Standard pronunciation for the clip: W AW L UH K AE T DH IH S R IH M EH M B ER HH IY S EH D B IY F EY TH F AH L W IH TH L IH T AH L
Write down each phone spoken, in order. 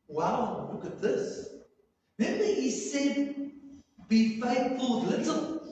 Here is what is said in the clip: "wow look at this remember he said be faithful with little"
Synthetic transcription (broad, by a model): W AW L UH K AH T DH IH S L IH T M ER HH IY S EH D B IY F EY TH F AH L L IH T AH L